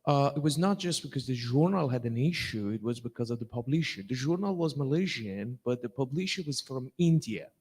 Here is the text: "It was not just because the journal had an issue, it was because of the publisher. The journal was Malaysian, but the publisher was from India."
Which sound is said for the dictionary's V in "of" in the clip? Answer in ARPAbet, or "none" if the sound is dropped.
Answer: V